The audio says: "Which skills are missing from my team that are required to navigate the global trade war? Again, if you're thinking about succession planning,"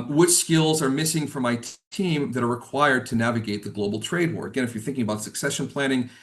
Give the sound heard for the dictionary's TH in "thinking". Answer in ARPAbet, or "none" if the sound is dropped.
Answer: TH